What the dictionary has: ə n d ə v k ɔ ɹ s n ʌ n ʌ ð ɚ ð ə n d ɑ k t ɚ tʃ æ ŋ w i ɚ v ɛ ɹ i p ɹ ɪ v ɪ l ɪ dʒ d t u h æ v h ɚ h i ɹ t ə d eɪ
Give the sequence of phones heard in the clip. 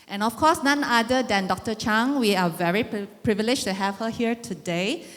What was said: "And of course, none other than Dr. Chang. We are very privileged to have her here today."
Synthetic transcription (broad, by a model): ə n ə f k ɔ s n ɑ n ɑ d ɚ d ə n d ɑ k t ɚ tʃ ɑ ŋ w i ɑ v ɛ ɹ i p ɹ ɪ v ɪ l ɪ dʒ t u h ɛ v h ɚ h i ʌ t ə d eɪ